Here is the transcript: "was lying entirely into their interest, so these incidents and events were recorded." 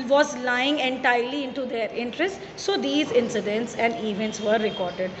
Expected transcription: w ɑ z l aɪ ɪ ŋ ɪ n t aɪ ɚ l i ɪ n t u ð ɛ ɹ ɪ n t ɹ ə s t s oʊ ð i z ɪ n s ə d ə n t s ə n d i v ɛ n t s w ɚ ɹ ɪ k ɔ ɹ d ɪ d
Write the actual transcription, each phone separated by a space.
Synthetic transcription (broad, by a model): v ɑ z l aɪ ɪ ŋ ɪ n t aɪ ɚ l i ɪ n t u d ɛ ɹ ɪ n t ɹ ə s t s oʊ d i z ɪ n s ə d ə n t s ə n d i v ɛ n t s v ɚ ɹ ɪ k ɔ ɹ d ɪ d